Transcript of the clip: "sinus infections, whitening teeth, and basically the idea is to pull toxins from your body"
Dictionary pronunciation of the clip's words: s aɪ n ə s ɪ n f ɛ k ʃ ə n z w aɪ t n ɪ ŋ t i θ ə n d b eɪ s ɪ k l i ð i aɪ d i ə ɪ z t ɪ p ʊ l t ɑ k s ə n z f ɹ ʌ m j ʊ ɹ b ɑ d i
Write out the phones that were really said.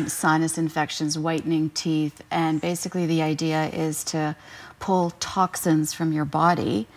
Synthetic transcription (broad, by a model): s aɪ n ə s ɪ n f ɛ k ʃ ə n z w aɪ t n ɪ ŋ t i θ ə n b eɪ s ɪ k l i ð i aɪ d i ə ɪ z t ɪ p ʊ l t ɑ k s ə n z f ɹ ʌ m j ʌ ɹ b ɑ d i